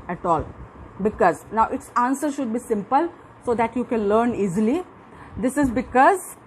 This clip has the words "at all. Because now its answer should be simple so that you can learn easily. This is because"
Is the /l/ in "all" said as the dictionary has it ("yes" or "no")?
yes